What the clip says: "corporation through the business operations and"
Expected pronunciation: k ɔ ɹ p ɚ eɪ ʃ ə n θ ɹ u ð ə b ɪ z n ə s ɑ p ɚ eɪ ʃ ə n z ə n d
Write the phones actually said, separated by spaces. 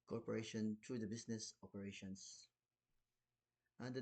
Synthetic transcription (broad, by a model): k ɔ ɹ p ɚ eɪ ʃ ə n t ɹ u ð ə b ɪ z n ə s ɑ p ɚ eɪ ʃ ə n s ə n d